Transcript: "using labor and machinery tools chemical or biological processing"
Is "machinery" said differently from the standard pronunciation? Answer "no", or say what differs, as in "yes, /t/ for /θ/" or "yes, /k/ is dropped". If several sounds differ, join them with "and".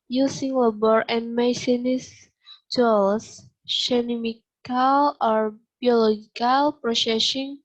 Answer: yes, /s/ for /ʃ/